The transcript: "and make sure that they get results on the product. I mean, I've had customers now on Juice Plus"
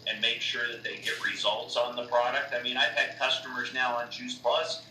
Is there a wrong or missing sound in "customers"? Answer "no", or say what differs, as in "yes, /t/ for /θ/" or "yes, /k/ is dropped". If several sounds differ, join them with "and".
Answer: no